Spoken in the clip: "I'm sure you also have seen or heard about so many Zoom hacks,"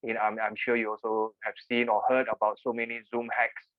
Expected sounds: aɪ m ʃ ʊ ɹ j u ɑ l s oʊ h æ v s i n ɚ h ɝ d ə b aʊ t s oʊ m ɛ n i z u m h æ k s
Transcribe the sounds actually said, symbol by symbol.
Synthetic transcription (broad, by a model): aɪ m ʃ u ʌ j u ɑ l s oʊ h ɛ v s i n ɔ h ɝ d ə b aʊ t s oʊ m ɛ n i z u m h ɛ k s